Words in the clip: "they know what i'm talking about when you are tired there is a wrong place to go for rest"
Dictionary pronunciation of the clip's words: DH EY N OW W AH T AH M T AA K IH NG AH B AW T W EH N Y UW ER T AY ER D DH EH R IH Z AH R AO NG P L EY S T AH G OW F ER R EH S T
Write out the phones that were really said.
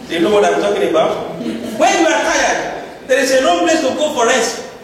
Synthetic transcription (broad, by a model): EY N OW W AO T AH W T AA K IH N AH B AW T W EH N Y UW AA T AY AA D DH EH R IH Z AH L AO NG P L EY S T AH G OW F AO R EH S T